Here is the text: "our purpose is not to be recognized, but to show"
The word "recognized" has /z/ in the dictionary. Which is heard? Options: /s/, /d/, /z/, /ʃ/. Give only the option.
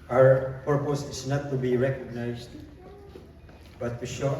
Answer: /s/